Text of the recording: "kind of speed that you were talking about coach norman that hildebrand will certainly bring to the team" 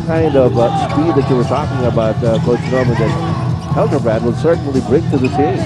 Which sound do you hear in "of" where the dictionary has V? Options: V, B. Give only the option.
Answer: V